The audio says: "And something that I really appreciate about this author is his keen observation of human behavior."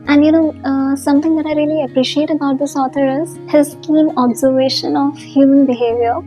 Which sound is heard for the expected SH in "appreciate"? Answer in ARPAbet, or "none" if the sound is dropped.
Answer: SH